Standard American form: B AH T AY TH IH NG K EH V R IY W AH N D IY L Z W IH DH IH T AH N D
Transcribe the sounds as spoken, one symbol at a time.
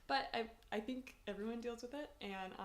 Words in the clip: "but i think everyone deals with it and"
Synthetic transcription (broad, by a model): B AH T AY TH IH NG K EH V R IY W AH N D IY L Z W IH DH IH T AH N